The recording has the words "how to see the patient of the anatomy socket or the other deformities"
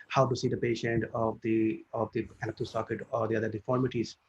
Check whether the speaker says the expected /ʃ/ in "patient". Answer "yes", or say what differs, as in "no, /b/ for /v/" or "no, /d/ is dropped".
yes